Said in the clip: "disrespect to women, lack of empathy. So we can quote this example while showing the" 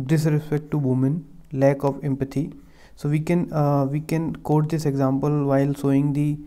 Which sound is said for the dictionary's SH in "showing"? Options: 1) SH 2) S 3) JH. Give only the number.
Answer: 2